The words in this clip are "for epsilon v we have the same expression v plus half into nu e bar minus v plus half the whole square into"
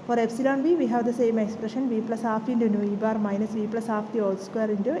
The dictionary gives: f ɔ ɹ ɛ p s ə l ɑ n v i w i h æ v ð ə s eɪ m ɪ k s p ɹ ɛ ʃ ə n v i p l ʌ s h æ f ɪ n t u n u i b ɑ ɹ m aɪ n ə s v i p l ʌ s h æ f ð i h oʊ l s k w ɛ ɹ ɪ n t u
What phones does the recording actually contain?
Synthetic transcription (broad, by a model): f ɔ ɹ ɛ p s ə l ɑ n v i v i h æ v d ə s eɪ m ɪ k s p ɹ ɛ ʃ ə n v i p l ʌ s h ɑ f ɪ n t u n u i b ɑ ɹ m aɪ n ə s v i p l ʌ s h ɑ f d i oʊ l s k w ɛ ɹ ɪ n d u